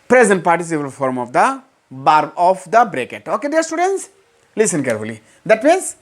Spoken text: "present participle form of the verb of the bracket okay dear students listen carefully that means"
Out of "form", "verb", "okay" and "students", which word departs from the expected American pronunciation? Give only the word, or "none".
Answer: verb